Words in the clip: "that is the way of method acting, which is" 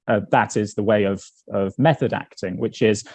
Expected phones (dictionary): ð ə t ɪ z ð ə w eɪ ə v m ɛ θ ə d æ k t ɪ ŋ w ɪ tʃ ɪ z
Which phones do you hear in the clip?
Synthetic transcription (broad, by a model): ð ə t ɪ z ð ə w eɪ ə v m ɛ θ ə d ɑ k t ɪ ŋ w ɪ tʃ ɪ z